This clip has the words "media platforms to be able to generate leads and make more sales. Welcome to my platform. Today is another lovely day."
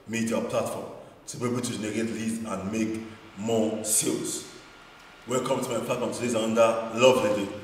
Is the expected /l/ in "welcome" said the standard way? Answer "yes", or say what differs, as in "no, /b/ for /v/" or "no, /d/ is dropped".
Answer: no, /l/ is dropped